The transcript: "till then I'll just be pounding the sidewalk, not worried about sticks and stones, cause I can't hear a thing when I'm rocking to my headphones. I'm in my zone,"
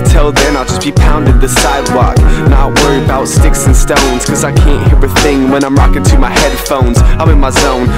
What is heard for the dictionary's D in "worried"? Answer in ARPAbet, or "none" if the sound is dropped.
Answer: none